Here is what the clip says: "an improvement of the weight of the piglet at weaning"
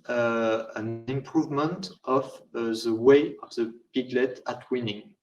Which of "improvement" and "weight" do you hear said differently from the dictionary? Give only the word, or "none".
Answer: weight